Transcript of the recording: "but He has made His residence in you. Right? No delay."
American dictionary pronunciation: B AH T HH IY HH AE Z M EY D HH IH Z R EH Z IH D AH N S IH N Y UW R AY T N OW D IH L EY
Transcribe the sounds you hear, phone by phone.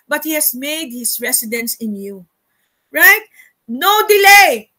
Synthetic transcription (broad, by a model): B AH T HH IY HH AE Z M EY D HH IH S R EH S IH D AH N S IH N Y UW R AY T N OW D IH L EY